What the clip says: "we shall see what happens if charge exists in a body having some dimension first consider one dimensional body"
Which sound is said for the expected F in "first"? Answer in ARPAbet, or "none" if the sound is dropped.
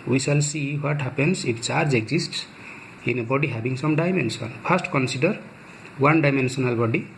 P